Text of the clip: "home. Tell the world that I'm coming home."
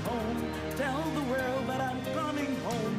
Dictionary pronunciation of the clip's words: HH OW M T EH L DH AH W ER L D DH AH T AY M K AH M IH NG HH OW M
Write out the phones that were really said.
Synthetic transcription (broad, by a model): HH OW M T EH N DH AH W ER L D DH AH T AY M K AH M IH NG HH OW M